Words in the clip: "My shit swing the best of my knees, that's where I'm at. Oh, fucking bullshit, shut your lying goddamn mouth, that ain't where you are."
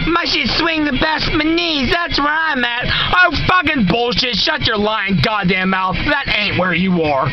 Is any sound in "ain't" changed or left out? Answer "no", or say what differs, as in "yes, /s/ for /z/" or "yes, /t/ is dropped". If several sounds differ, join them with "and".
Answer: no